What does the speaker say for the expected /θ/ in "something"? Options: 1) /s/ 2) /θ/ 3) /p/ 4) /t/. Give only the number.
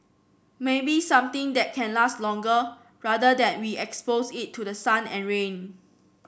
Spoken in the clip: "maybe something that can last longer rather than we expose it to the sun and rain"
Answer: 4